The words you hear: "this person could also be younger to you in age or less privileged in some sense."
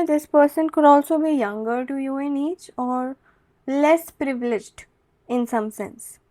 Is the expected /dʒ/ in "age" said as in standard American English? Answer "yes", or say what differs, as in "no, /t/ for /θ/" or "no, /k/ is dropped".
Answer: no, /tʃ/ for /dʒ/